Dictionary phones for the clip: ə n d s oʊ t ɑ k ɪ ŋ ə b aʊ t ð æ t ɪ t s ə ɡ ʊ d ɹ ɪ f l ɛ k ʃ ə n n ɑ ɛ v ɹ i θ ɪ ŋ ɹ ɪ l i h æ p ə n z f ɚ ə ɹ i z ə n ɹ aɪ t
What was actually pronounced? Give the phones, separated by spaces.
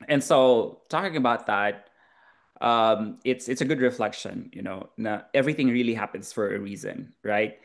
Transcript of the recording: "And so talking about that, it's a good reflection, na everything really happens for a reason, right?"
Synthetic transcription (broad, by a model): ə n s oʊ t ɑ k ɪ ŋ ə b aʊ t ð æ t ɪ t s ə ɡ ʊ d ɹ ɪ f l ɛ k ʃ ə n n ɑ ɛ v ɹ i θ ɪ ŋ ɹ ɪ l i h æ p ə n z f ɚ ə ɹ i z ə n ɹ aɪ t